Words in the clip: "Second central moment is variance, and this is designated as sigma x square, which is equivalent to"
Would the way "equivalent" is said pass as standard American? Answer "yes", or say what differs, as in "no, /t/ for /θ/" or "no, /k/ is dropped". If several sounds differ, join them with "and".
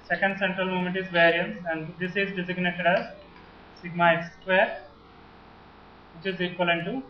no, /v/ is dropped